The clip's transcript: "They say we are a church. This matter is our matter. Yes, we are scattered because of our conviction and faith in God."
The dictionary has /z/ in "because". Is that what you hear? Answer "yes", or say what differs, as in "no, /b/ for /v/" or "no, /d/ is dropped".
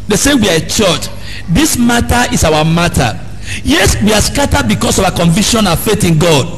no, /s/ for /z/